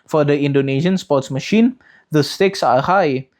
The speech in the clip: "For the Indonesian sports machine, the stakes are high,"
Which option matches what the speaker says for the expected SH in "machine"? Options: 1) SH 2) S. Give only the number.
1